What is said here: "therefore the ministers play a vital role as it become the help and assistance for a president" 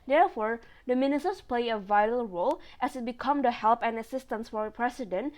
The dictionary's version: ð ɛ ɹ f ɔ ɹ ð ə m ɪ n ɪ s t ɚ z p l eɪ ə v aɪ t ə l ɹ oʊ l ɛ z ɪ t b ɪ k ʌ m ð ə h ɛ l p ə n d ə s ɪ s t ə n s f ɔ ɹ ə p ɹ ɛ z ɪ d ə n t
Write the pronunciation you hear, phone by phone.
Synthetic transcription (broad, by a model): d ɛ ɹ f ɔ ɹ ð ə m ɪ n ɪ s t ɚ s p l eɪ ə v aɪ t ə l ɹ oʊ l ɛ s ɪ t b ɪ k ʌ m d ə h ɛ l p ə n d ə s ɪ s t ə n s f ɔ ɹ ə p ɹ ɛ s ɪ d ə n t